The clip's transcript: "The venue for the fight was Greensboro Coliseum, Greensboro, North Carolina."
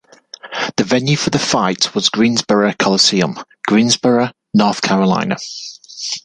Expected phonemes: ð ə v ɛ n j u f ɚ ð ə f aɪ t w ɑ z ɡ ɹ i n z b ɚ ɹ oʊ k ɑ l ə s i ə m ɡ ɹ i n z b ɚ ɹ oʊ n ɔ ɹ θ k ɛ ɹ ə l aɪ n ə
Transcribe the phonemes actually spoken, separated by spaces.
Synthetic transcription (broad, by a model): ð ə v ɛ n j u f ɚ ð ə f aɪ t w ɑ z ɡ ɹ i n z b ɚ ɹ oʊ k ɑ l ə s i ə m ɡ ɹ i n z b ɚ ɹ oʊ n ɔ θ k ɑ ɹ ə l aɪ n ə